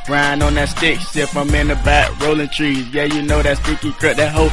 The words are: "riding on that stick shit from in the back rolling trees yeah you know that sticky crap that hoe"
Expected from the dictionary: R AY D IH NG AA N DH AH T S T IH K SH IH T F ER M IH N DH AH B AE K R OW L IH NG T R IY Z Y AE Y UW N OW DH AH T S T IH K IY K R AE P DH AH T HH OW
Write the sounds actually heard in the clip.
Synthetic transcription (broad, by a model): R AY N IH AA N DH AH T S T IH K S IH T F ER M IH N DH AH B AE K R OW L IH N T R IY Z Y AE Y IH N OW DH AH T S T IH K IY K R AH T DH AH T HH OW